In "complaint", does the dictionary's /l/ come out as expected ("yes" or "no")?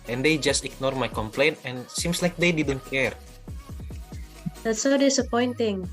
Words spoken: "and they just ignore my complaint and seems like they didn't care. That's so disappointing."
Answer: yes